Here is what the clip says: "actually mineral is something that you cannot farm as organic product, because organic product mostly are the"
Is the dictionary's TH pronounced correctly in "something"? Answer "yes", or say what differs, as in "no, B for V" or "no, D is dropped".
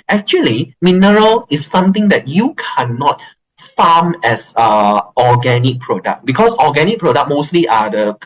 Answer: no, T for TH